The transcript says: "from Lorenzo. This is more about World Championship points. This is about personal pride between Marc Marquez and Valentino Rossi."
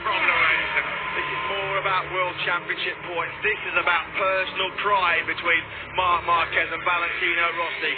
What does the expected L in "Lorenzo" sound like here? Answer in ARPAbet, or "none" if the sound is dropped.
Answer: N